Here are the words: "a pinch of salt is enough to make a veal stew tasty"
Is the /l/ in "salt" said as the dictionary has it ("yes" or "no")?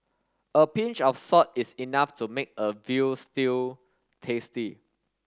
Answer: no